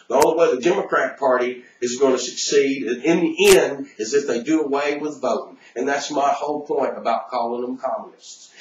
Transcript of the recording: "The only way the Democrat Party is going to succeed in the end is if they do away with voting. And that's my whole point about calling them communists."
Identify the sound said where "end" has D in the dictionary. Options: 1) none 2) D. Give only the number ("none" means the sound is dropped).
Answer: 2